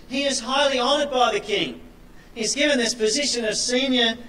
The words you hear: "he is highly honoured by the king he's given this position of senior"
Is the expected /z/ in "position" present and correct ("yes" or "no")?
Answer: yes